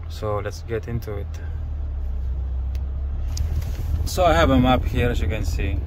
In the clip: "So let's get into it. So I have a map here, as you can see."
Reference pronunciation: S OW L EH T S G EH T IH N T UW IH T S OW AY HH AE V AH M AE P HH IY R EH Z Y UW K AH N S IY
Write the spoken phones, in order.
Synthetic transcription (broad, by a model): S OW L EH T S G EH T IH N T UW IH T S OW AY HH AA B AH M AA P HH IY R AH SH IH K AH N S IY